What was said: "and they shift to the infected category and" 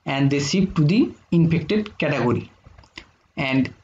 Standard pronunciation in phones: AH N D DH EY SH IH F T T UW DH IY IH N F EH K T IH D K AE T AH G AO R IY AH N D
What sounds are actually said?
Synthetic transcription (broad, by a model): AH N D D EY S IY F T T UW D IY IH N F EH K T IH D K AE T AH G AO R IY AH N D